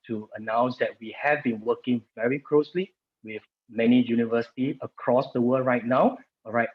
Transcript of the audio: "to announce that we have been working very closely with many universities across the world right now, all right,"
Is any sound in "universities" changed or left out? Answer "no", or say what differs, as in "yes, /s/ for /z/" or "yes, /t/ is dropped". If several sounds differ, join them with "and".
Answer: yes, /z/ is dropped